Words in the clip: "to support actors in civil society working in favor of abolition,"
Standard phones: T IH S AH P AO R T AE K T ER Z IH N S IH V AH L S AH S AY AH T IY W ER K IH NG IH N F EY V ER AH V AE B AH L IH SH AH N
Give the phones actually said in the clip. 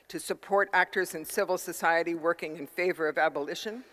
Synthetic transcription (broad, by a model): T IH S AH P AO R T AE K T ER Z IH N S IH V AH L S AH S AY AH T IY W ER K IH NG IH N F EY V ER AH V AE B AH L IH SH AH N